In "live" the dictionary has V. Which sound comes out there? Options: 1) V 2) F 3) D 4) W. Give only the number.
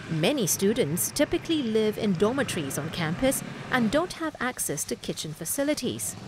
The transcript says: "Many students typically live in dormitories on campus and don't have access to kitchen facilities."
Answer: 1